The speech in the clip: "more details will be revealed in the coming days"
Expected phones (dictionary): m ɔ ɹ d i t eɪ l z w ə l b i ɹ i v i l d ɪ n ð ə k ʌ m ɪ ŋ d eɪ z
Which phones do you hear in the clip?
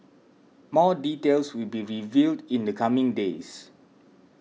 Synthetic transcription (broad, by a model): m ɔ d i t eɪ l s w ə l b i ɹ i v i l d ɪ n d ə k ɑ m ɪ ŋ d eɪ s